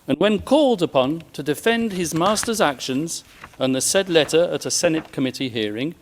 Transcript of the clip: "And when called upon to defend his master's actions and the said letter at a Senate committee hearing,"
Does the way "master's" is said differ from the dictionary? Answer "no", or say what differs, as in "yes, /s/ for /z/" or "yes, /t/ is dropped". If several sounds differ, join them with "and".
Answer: no